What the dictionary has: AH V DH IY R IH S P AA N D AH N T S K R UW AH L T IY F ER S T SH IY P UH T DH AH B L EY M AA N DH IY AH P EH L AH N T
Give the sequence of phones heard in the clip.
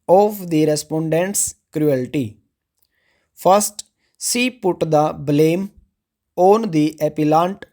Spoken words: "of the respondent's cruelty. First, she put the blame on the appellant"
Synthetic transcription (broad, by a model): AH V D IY R IH S P AA N D AH N T S K R UW AH L T IY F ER S T S IY P UH T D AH B L EY M AA N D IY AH P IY L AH N T